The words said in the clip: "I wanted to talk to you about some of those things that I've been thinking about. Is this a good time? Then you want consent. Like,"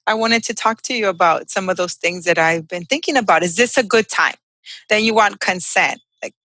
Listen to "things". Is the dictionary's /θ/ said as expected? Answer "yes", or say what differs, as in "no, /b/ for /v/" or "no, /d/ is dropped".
yes